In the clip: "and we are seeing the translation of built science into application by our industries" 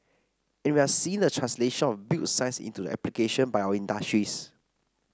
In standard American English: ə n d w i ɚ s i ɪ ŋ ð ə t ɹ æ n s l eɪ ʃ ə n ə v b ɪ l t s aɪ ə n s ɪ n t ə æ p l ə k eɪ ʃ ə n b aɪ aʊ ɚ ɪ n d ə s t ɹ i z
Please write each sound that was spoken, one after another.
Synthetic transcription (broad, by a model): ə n w i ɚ s i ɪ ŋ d ə t ɹ æ n s l eɪ ʃ ə n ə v b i t s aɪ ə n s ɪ n t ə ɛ p l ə k eɪ ʃ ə n b aɪ aʊ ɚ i n d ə s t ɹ i s